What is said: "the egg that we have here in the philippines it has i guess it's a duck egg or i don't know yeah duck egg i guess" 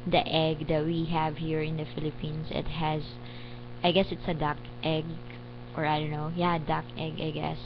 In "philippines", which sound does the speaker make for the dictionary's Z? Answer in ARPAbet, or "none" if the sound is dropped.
S